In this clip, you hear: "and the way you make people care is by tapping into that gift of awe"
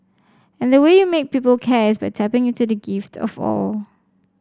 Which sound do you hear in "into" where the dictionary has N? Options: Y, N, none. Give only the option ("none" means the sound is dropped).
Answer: none